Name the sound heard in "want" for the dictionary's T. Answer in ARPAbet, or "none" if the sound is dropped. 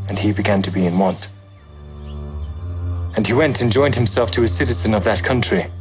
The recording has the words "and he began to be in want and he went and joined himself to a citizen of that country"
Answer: T